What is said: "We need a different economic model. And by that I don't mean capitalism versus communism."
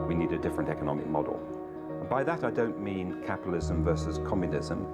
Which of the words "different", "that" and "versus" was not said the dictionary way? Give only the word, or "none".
none